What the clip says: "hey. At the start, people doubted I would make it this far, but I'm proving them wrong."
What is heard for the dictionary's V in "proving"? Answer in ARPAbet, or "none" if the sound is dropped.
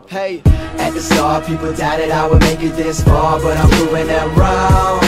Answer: none